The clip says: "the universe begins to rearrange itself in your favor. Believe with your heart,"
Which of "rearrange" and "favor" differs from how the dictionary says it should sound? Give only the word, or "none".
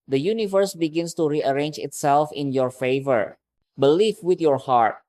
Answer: none